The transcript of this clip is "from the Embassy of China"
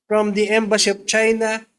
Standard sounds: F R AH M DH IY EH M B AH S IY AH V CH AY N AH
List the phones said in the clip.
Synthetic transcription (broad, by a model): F R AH M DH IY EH M B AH SH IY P CH AY N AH